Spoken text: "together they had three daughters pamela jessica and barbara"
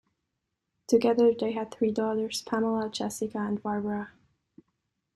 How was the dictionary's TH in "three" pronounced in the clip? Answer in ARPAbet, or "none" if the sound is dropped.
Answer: TH